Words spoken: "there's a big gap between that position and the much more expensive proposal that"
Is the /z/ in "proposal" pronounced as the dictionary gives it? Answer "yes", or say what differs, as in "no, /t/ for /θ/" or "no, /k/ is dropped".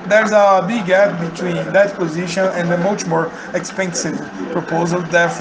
yes